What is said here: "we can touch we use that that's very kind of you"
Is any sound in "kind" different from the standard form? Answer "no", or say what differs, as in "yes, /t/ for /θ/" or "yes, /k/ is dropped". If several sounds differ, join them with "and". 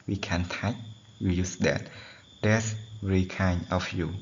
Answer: yes, /d/ is dropped